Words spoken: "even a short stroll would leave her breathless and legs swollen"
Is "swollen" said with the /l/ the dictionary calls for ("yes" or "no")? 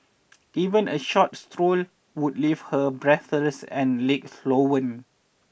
no